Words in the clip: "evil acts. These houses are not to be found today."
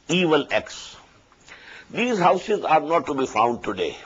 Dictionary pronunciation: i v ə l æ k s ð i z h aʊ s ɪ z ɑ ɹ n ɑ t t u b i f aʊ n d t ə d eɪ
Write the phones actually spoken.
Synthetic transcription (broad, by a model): i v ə l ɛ k s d i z h aʊ s ɪ z ɑ ɹ n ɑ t t u b i f aʊ n d t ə d eɪ